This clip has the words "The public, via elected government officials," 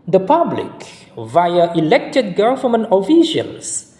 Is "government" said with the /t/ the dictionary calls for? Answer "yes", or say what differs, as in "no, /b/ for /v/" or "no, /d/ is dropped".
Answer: no, /t/ is dropped